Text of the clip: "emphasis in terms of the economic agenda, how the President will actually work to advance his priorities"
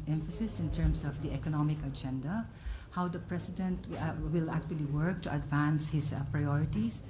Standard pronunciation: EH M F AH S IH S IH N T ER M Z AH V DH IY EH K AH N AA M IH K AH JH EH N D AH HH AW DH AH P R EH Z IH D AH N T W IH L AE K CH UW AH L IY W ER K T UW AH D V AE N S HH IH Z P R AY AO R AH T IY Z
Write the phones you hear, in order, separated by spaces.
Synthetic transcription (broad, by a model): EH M F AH S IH S IH N T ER M S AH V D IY EH K AH N AA M IH K AH JH EH N D AH HH AW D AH P R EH S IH D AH N T W IH L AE K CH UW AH L IY W ER K T UW AH D V AE N S HH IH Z P R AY AO R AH T IY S